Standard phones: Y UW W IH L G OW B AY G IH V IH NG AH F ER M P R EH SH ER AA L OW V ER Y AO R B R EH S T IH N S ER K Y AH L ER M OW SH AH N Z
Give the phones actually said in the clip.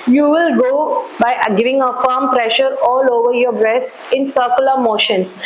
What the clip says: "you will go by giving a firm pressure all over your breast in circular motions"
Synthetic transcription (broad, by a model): Y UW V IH L G OW B AY G IH V IH NG AH F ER M P R EH SH ER AA L OW V ER Y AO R B R EH S T IH N S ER K Y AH L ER M OW SH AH N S